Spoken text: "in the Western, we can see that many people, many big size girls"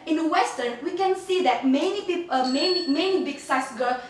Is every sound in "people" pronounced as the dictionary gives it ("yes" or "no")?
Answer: no